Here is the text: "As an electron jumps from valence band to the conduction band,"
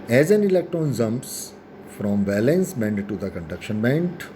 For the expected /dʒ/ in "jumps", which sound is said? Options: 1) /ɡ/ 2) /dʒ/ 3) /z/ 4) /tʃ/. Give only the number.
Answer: 3